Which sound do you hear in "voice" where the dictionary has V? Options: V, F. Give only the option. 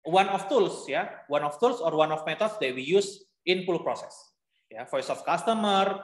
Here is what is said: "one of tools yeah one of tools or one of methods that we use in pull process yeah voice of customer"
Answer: F